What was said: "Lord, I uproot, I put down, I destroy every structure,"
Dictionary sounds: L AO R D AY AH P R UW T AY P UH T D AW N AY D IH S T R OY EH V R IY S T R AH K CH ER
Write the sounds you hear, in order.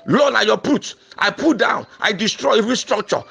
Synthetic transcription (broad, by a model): L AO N AY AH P UW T AY P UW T D AW N AY D IH S T R OY EH V R IY S T R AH K CH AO